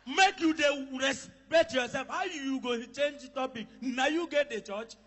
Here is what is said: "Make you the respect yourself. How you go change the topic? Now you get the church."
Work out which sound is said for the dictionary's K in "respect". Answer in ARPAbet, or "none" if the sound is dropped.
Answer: none